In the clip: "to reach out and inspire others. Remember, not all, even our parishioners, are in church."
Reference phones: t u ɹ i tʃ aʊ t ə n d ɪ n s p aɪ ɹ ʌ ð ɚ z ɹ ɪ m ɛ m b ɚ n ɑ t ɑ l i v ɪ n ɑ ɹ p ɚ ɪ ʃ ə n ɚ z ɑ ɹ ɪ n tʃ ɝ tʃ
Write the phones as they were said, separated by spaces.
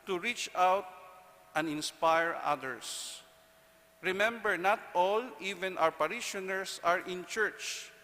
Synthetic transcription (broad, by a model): t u ɹ i tʃ aʊ t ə n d ɪ n s p aɪ ɹ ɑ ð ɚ s ɹ ɪ m ɛ m b ɚ n ɑ t ɑ l i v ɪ n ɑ w p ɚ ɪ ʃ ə n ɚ s ɑ ɹ ɪ n tʃ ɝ tʃ